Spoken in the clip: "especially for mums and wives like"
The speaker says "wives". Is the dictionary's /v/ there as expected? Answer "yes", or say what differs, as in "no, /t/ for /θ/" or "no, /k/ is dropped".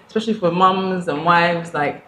yes